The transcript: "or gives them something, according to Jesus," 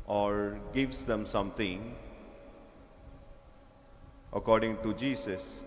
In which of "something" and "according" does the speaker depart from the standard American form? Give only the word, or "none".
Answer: something